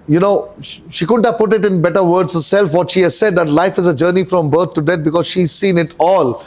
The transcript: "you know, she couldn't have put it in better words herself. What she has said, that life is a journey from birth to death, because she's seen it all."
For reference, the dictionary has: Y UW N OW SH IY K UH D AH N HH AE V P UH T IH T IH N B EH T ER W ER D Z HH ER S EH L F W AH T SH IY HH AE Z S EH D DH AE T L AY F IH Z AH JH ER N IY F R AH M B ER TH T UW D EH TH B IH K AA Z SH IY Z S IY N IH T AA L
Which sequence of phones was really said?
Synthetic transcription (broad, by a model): Y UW N OW SH IY K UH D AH N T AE P UH T IH T IH N B EH T ER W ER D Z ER S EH L F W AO T SH IY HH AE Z S EH D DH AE T L AY F IH Z AH JH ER N IY F R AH M B ER T T UW D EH T B IH K AA Z SH IY Z S IY N IH T AA L